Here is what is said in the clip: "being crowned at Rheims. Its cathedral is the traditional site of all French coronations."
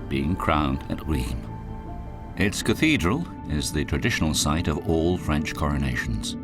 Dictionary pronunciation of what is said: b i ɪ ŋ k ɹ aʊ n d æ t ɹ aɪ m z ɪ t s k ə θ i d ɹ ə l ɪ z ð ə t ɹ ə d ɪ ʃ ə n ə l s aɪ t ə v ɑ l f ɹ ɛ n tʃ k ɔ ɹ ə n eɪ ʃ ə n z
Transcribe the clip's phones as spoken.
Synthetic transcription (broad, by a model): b i ɪ ŋ k ɹ aʊ n d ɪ t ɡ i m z ɪ t s k ə θ i d ɹ ə l ɪ z ð ə t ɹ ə d ɪ ʃ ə n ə l s aɪ t ə v ɑ l f ɹ ɛ n tʃ k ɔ ɹ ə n eɪ ʃ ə n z